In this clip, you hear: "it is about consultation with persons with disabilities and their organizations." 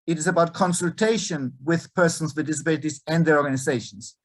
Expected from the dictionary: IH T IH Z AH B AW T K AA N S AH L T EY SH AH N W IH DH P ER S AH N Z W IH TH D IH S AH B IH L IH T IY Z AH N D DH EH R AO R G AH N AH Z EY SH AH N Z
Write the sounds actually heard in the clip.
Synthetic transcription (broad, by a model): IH T IH Z AH B AW T K AA N S AH L T EY SH AH N W IH DH P ER S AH N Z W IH D IH S AH B IH L IH T IY Z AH N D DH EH R AO R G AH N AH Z EY SH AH N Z